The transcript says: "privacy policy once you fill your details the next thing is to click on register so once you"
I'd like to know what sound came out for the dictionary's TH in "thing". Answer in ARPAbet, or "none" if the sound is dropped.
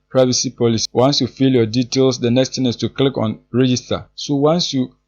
T